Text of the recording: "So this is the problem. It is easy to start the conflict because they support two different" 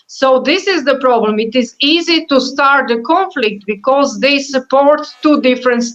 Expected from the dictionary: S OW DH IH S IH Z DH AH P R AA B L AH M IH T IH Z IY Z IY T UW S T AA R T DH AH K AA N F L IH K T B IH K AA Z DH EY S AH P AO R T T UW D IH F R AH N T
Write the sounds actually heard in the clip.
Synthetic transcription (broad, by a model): S OW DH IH S IH Z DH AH P R AA B L AH M IH T IH Z IY Z IY T UW S T AA R T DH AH K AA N F L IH K T B IH K AA Z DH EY S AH P AO R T T UW D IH F R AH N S